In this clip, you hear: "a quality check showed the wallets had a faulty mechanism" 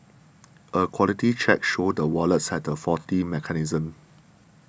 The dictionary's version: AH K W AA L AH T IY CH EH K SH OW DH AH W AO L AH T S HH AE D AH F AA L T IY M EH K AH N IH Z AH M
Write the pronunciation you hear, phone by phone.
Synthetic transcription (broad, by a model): AH K W AA L AH T IY CH EH K SH OW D AH W AO L AH T S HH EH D AH F AA T IY M EH K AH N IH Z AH M